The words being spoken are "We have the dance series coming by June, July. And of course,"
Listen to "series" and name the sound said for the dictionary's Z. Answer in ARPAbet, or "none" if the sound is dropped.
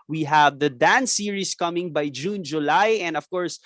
S